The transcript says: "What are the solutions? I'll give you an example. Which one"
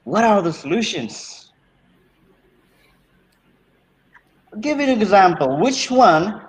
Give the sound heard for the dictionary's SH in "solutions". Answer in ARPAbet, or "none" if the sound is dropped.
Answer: SH